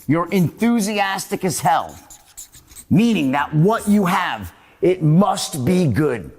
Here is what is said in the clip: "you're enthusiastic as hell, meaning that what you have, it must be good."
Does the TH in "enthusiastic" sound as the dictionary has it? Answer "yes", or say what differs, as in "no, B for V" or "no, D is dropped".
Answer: yes